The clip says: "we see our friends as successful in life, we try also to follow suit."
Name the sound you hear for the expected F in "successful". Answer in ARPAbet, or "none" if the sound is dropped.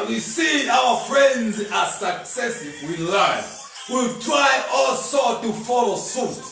none